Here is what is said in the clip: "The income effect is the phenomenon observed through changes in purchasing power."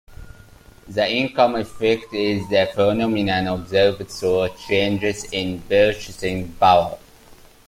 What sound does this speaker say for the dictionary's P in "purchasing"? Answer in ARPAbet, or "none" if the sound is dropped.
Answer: B